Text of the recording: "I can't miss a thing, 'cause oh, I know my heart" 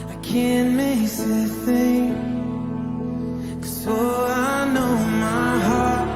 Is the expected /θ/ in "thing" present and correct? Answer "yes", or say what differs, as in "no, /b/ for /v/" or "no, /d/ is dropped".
yes